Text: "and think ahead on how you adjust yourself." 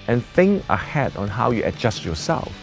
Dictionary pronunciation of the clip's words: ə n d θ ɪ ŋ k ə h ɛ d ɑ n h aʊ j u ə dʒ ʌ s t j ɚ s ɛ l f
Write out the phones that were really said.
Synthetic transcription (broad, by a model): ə n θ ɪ ŋ ə h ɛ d ɑ n h aʊ j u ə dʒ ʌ s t j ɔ s ɛ l f